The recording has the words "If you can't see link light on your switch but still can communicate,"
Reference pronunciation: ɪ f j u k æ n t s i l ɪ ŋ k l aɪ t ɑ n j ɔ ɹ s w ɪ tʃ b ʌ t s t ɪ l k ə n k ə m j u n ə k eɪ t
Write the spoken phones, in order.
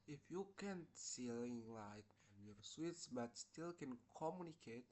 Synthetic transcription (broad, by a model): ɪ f j u k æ n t s i l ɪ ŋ l aɪ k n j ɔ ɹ s w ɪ s b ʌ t s t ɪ l k ə n k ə m j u n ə k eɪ t